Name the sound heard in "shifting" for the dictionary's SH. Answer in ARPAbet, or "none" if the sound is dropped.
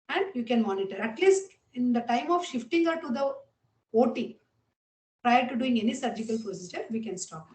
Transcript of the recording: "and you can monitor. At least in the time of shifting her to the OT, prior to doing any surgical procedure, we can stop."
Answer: SH